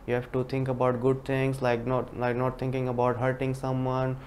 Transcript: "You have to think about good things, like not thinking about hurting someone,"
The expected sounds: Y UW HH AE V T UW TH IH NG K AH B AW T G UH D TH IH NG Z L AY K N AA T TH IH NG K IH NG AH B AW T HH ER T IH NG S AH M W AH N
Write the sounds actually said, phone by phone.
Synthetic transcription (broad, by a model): Y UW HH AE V T UW T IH NG K AH B AW T G UH D T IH NG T L AY K N AA T T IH NG K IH NG AH B AW T HH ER T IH NG S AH M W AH N